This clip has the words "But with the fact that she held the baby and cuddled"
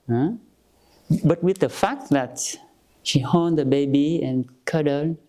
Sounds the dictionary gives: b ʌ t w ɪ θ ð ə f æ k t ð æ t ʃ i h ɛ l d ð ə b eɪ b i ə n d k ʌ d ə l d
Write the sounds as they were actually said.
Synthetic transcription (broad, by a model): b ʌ t w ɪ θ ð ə f æ k t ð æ t ʃ i h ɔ n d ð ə b eɪ b i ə n k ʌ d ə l